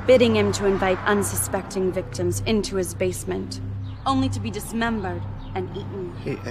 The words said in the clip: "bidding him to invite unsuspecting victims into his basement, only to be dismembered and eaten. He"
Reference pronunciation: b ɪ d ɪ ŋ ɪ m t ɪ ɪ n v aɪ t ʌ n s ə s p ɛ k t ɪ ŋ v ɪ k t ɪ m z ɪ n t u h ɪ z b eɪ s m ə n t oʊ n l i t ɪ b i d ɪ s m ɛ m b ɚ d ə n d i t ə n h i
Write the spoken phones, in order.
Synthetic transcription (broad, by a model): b ɪ d ɪ ŋ ɪ m t ɪ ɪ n v aɪ t ʌ n s ə s p ɛ k t ɪ ŋ v ɪ k t ɪ m z ɪ n t u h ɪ z b eɪ s m ə n t oʊ n l i t ɪ b i d ɪ s m ɛ m b ɚ d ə n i t n